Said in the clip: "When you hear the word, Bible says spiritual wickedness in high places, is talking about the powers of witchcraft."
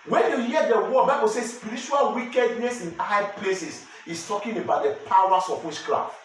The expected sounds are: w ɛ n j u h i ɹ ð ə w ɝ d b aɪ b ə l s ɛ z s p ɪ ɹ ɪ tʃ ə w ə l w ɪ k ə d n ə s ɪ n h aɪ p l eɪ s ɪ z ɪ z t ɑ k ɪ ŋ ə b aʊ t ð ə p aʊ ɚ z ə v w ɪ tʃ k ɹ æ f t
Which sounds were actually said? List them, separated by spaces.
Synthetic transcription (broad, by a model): w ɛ n j u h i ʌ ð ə w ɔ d b aɪ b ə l s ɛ s p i ɹ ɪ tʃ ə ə l w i k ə d n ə s ɪ n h aɪ p l eɪ s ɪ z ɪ s t ɑ k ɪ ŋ ə b aʊ t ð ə p aʊ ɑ s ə f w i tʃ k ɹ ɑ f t